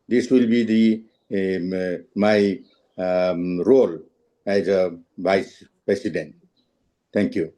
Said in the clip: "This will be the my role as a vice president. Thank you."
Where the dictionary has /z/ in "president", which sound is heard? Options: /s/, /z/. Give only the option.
/s/